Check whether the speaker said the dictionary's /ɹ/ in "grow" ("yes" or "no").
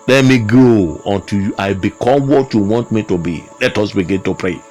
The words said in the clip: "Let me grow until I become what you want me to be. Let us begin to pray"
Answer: no